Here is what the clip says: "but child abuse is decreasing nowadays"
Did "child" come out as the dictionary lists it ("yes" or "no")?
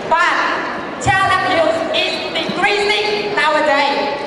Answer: no